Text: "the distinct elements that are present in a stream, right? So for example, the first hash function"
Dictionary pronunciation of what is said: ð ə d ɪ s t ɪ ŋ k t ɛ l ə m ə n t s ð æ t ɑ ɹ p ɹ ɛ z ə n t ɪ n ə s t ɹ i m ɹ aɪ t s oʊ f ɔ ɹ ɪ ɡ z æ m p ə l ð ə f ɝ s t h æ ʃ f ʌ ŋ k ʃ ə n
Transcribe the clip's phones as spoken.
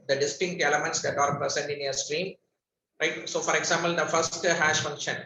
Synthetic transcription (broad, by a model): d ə d ɪ s t ɪ ŋ k t ɛ l ə m ə n t s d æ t ɑ ɹ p ʌ s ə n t ɪ n ə s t ɹ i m ɹ aɪ t s oʊ f ɔ ɹ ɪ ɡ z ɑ m p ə l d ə f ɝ s t h æ ʃ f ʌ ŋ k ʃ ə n